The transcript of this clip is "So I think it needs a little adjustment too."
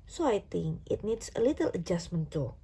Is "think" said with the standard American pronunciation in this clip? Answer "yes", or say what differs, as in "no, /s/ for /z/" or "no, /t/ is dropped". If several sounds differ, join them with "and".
no, /t/ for /θ/ and /k/ is dropped